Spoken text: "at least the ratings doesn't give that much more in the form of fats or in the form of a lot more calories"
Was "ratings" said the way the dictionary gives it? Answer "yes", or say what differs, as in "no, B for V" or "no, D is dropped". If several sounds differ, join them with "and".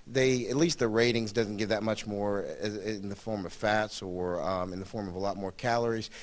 yes